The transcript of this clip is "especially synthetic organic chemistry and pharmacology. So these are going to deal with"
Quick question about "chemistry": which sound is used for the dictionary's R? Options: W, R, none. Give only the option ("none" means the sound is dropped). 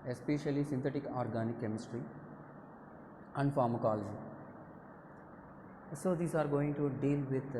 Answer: R